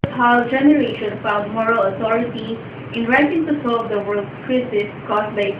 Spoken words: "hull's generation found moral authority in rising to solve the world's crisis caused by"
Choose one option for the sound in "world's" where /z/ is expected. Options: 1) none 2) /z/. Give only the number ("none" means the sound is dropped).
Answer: 1